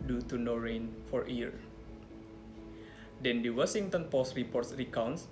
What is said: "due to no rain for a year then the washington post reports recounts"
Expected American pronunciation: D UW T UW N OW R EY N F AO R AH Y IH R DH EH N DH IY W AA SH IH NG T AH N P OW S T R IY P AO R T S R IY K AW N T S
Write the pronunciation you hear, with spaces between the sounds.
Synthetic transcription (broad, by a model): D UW T UW N OW R EY N F AO R AH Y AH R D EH N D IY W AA S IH NG T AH N P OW S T R IY P AO R T S R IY K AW N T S